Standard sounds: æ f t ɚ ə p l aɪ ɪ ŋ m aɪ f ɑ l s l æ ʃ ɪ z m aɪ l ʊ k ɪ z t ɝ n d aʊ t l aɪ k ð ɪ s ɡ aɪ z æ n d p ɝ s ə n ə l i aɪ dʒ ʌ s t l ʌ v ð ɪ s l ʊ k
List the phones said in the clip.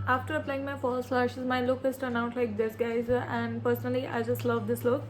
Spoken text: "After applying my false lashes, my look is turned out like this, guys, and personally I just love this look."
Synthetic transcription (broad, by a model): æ f t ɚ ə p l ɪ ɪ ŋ m aɪ f ɑ l s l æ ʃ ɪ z m aɪ l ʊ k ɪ s t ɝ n aʊ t l aɪ k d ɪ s ɡ aɪ z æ n d p ɝ s ə n ə l i aɪ dʒ ʌ s t l ʌ v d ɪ s l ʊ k